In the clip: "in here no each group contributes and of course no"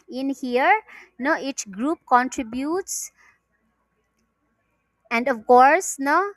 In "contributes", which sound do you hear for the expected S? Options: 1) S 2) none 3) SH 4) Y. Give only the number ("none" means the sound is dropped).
1